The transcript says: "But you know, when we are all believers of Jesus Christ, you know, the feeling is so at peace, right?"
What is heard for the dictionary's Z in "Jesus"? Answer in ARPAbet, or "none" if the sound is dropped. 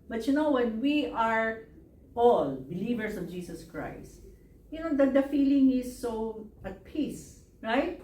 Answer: S